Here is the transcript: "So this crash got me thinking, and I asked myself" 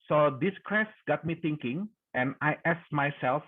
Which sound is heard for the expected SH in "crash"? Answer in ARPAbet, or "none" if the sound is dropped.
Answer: S